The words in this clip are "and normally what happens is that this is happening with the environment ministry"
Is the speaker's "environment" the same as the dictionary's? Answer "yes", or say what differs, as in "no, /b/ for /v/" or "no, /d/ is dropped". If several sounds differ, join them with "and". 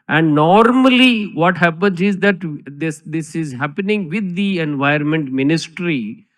no, /ɹ/ is dropped